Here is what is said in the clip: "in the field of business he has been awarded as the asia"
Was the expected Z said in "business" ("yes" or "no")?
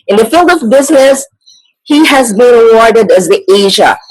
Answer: yes